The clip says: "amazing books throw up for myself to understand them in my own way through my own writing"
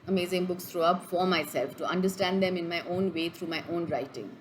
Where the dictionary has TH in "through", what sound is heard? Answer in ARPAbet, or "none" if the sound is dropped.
T